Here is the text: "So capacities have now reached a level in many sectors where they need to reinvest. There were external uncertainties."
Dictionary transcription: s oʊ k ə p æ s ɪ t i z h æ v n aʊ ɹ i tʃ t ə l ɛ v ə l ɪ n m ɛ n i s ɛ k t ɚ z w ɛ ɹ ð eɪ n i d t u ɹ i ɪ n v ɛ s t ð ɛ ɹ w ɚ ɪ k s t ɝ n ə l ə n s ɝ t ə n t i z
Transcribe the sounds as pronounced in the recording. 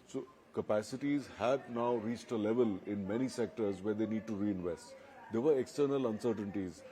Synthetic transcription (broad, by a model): s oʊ k ə p æ s ɪ t i z h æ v n aʊ ɹ i tʃ t ə l ɛ v ə l ɪ n m ɛ n i s ɛ k t ɚ z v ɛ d eɪ n i d t u ɹ i ɪ n v ɛ s t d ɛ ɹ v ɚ ɪ k s t ɝ n ə l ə n s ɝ t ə n t i z